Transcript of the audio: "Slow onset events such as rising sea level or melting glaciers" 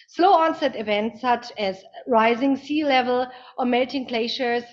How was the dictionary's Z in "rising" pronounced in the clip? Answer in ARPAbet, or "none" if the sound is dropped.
Z